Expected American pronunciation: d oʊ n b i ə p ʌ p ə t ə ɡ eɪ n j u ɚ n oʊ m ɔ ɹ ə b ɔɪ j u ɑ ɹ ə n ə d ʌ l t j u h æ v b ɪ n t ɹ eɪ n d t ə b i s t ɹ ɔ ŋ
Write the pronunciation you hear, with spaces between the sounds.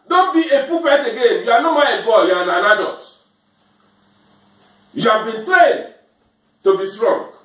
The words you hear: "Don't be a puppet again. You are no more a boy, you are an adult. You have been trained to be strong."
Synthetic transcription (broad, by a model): d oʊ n b i ə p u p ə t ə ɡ eɪ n j u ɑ n oʊ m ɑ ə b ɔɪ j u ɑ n ə n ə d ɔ t j u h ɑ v b ɪ n t ɹ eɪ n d t ə b i s t ɹ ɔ ŋ